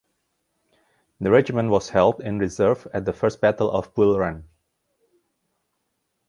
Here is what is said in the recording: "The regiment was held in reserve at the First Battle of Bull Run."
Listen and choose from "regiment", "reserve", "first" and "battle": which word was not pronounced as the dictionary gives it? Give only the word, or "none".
none